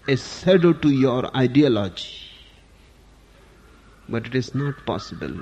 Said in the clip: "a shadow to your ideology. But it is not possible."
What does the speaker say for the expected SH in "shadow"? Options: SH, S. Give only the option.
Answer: S